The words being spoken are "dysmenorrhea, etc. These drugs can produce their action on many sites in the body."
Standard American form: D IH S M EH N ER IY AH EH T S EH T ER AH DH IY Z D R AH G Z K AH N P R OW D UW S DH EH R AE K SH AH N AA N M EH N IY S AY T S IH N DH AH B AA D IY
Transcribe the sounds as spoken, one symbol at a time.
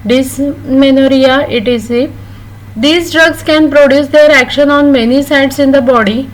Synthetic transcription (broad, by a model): D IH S M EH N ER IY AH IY T IY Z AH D IY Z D R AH G S K AH N P R OW D UW S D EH R AE K SH AH N AA N M EH N IY S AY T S IH N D AH B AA D IY